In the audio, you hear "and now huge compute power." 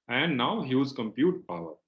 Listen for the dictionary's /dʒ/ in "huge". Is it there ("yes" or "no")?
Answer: no